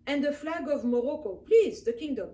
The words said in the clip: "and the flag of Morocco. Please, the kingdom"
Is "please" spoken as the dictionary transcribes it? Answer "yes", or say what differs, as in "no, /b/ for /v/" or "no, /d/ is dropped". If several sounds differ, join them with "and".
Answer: yes